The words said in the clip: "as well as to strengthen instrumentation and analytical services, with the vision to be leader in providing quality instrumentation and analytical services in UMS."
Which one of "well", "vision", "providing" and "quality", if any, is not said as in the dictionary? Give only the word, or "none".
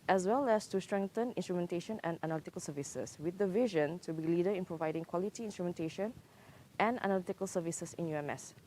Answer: none